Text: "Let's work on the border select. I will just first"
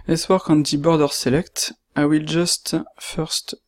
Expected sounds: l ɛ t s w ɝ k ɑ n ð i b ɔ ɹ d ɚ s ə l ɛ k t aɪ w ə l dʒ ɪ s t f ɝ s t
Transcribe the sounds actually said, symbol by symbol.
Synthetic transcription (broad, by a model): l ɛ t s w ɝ k ɑ n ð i b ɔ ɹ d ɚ s ə l ɛ k t aɪ w ə l dʒ ɪ s t f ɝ s t